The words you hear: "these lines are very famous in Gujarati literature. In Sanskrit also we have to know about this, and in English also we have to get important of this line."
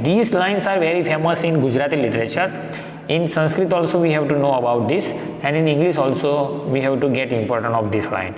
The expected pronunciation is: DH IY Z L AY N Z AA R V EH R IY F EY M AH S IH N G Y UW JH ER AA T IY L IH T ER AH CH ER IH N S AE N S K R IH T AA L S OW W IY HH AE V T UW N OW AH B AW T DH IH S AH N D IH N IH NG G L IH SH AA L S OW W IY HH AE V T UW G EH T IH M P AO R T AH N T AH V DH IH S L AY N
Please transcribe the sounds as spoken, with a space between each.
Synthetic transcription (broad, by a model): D IY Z L AY N S AA R V EH R IY F EY M AH S IH N G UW JH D AA T IY L IH T ER AH CH ER IH N S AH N S K R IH T AA L S OW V IY HH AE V T UW N OW AH B AW T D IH S AH N D IH N IH NG G L IH SH AA L S OW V IY HH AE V T UW G EH T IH M P AO R T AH N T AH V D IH S L AY N